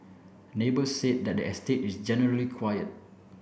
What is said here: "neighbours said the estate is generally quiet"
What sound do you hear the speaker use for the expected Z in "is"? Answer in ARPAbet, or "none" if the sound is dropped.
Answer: S